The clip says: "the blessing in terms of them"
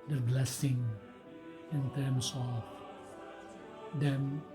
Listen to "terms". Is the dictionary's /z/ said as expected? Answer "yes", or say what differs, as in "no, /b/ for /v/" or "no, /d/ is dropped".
no, /s/ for /z/